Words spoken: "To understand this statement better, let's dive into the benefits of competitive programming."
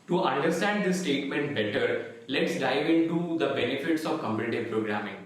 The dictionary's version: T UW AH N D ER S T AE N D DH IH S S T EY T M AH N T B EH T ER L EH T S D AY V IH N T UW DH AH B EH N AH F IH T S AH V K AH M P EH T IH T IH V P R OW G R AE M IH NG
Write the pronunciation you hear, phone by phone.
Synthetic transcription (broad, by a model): T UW AH N D ER S T AE N D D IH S S T EY T M AH N T B EH T ER L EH T S D AY V IH N T UW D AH B EH N AH F IH T S AH V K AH M B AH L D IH P R OW G R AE M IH NG